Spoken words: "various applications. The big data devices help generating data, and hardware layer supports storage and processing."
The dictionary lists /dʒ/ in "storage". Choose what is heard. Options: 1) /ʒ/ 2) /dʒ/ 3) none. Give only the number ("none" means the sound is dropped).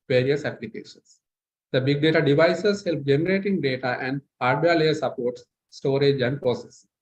2